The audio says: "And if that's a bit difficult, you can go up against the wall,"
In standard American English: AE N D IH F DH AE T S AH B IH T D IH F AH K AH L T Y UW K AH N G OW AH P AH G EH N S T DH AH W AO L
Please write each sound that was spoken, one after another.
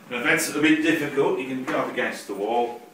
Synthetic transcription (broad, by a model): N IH DH AE T S AH B IH T D IH F AH K AH L T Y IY K AH N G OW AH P AH G EH N S T DH AH W AO L